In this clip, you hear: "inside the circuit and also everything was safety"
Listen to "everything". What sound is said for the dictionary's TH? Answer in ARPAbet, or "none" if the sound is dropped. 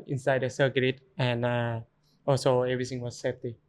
T